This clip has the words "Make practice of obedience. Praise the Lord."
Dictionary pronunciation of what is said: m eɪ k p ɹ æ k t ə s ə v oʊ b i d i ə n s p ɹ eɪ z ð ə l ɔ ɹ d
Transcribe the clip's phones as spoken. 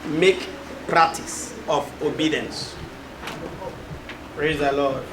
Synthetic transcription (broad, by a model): m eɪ k p ɹ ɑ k t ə s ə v oʊ b i d i ə n s p ɹ eɪ z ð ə l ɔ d